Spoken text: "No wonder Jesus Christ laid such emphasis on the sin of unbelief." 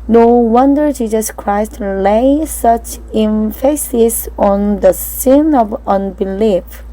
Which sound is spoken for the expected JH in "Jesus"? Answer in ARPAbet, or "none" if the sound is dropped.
JH